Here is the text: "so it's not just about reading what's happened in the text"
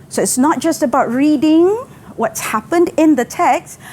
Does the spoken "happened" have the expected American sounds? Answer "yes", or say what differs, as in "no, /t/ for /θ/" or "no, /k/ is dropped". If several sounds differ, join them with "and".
yes